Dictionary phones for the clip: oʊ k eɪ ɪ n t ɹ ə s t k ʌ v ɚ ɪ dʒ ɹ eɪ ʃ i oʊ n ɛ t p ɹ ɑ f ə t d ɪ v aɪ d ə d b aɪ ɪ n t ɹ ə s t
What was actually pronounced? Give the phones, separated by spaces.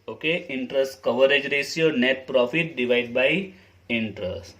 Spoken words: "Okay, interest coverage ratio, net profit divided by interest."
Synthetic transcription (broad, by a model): oʊ k eɪ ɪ n t ɹ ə s t k ʌ v ɚ ɪ dʒ ɹ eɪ s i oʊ n ɛ t p ɹ ɑ f ə t d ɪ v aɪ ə d b aɪ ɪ n t ɹ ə s t